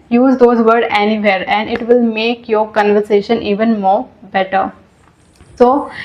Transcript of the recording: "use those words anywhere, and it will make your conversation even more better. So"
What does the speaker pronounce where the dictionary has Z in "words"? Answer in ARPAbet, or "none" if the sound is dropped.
none